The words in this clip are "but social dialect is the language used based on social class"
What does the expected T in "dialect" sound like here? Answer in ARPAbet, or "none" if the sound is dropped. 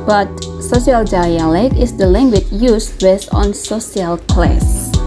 none